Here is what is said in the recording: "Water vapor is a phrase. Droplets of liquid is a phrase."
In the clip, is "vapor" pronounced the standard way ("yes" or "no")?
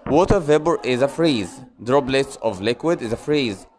no